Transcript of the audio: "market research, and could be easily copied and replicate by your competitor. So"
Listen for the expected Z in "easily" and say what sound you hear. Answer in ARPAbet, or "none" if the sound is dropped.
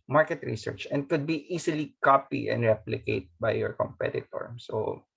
S